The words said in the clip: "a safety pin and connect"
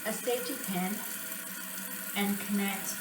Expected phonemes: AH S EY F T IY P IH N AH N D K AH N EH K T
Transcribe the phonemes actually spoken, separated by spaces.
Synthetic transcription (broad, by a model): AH S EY T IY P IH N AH N K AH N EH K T